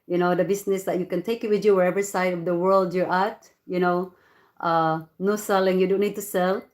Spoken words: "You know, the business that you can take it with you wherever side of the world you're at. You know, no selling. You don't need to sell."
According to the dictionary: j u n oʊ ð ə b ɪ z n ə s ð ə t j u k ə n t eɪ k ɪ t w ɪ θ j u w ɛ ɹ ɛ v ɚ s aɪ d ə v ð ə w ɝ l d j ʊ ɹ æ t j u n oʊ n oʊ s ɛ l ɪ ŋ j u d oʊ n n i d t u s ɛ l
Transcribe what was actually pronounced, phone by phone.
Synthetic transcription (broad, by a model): j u n oʊ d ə b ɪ s n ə s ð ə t j u k ə n t eɪ k ɪ t w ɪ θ j u w ɛ ɹ ɛ v ɚ s aɪ d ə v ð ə w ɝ l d j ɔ ɹ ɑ t j u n oʊ n oʊ s ɛ l ɪ ŋ j u d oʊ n n i d t u s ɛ l